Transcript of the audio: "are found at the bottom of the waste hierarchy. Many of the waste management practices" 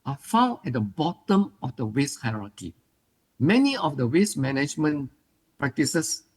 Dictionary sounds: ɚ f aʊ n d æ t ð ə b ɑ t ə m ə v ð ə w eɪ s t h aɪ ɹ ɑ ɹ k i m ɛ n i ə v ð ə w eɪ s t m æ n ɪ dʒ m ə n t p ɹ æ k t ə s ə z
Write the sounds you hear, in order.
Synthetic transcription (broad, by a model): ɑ f aʊ n ɛ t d ə b ɑ t ə m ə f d ə w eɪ s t h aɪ ɹ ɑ k i m ɛ n i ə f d ə w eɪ s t m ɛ n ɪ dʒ m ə n p ɹ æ k t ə s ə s